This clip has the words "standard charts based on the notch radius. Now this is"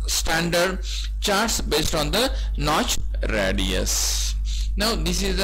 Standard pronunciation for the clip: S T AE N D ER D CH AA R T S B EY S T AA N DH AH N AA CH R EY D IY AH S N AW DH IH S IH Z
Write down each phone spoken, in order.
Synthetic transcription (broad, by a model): S T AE N D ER D CH AA R T S B EY S T AA N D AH N AA CH R EY D IY AH S N AW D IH S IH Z